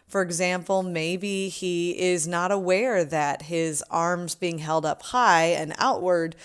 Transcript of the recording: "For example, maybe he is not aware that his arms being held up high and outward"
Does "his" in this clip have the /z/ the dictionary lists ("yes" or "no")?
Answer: yes